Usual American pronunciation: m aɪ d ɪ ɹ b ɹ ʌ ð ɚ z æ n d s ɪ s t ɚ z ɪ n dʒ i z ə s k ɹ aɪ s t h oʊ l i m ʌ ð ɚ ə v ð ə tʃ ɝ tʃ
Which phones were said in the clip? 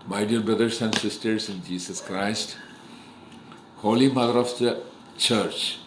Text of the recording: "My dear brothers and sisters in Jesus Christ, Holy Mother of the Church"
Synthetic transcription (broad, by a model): m aɪ d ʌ ɹ b ɹ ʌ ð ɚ s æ n d s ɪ s t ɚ s ɪ n dʒ i s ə s k ɹ aɪ s t h oʊ l i m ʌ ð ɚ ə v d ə tʃ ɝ tʃ